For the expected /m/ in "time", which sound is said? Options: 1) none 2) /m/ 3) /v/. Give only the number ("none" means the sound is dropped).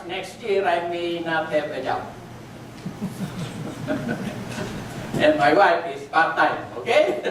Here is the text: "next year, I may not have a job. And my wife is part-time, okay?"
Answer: 1